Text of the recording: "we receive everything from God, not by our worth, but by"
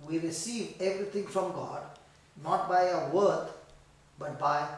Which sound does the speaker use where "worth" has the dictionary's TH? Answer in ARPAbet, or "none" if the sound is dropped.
T